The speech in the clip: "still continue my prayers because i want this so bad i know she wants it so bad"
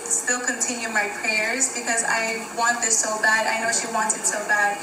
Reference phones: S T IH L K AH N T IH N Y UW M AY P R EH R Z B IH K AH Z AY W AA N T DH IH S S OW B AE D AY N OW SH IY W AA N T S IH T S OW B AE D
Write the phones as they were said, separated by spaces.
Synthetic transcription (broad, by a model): S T IH L K AH N T IH N Y UW M AY P R EH R Z B IH K AH Z AY W AA N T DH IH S S OW B AE D AY N OW SH IY W AA N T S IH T S OW B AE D